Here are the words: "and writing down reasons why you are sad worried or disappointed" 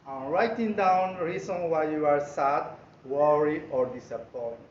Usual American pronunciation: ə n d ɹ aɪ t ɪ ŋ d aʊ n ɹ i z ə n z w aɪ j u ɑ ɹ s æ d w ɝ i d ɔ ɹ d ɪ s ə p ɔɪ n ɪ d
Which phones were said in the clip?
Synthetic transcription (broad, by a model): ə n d ɹ aɪ t ɪ ŋ d aʊ n ɹ i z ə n w aɪ j u ɑ ɹ s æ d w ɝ i ɔ ɹ d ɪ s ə p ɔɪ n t